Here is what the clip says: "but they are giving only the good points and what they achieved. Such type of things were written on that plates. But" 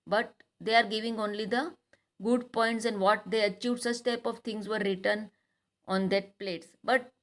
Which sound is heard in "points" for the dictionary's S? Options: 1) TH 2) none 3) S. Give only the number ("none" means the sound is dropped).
3